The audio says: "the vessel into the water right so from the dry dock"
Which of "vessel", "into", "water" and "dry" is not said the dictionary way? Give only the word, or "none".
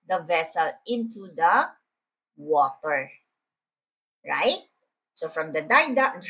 dry